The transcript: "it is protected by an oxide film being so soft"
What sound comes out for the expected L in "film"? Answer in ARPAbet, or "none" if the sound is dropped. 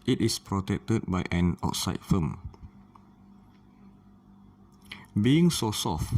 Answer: none